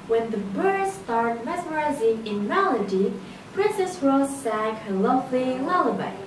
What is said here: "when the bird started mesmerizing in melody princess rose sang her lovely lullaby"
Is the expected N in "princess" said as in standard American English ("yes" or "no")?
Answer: yes